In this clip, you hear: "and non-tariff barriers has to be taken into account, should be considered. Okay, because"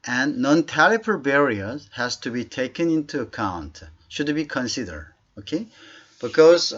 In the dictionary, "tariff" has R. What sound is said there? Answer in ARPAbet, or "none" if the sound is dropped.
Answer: L